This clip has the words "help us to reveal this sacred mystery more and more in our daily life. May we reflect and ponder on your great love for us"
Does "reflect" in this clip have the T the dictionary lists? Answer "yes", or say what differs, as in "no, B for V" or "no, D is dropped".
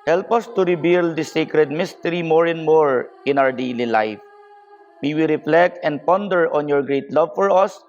yes